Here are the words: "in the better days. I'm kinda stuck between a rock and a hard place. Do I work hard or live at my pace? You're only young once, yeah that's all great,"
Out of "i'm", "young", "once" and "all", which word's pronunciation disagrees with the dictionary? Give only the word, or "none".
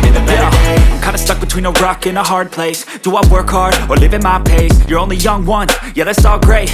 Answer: once